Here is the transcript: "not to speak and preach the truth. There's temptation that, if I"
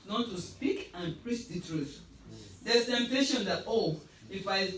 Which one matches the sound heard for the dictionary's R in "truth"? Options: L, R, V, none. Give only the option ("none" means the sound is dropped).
R